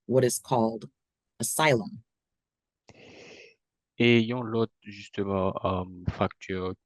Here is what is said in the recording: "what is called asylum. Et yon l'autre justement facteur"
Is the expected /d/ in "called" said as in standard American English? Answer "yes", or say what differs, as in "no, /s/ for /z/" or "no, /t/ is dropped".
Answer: yes